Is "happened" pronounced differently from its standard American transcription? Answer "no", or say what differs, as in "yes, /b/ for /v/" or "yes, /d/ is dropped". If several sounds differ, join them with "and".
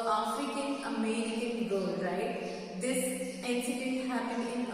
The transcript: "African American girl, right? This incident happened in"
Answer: yes, /d/ is dropped